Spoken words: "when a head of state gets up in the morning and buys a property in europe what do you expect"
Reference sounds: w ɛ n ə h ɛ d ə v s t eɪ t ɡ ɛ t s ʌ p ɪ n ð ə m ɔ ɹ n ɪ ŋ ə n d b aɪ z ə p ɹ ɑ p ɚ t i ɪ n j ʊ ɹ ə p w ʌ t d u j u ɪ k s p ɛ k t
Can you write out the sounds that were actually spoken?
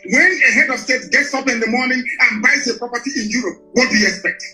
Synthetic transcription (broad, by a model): w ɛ n ə h ɛ d ə v s t eɪ t ɡ ɛ t s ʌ p ɪ n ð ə m ɔ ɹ n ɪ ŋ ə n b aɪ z ə p ɹ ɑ p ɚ t i ɪ n j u ɹ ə p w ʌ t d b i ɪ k s p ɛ k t